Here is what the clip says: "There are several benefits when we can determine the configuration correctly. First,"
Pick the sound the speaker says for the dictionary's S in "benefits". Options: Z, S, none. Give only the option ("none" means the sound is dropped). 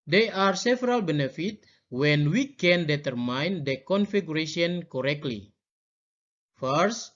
none